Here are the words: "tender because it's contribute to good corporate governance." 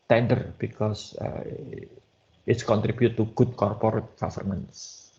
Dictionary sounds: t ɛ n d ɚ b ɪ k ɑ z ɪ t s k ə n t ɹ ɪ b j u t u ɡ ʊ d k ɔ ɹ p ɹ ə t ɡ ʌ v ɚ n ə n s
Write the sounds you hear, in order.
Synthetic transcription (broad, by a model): t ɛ n d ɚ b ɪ k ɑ s ɪ t s k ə n t ɹ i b j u t u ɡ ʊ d k ɔ ɹ p ɹ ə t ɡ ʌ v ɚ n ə n s